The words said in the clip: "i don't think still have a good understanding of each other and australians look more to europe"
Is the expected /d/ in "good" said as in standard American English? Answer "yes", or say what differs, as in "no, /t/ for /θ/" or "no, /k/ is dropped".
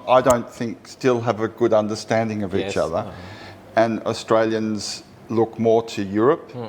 yes